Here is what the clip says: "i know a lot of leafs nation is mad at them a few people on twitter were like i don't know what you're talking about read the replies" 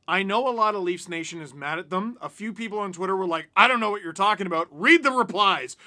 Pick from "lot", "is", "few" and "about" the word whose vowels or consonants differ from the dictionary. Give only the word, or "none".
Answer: none